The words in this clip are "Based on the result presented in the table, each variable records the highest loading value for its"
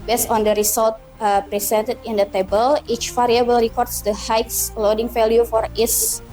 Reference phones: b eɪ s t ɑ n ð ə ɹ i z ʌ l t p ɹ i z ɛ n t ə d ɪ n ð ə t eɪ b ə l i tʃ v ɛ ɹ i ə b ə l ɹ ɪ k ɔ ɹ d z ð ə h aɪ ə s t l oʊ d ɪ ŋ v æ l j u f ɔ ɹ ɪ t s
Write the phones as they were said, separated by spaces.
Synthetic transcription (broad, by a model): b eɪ s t ɑ n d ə ɹ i s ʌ l t p ɹ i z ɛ n t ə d ɪ n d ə t eɪ b ə l i tʃ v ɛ ɹ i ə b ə l ɹ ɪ k ɔ ɹ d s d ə h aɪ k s l oʊ d ɪ ŋ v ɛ l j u f ɔ ɹ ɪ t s